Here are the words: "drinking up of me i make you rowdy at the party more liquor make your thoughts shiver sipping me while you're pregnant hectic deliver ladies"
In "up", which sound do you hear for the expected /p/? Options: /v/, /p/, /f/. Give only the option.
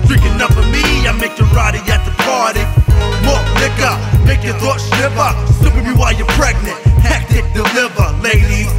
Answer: /f/